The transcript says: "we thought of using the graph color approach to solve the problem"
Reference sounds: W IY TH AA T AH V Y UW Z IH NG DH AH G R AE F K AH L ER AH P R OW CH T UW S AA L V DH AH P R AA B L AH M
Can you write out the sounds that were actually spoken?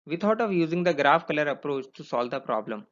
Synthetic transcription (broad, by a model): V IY T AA T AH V Y UW Z IH NG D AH G R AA F K AH L ER AH P R OW CH T UW S AA L V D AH P R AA B L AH M